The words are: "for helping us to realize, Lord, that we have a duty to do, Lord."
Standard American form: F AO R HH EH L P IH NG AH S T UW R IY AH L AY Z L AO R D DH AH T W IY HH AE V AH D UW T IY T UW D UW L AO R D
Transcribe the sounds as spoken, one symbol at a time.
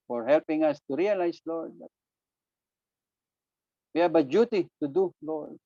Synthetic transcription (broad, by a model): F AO R HH EH L P IH NG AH S T UW R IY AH L AY S L AO R D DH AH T W IY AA B AH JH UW T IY T UW D UW L AO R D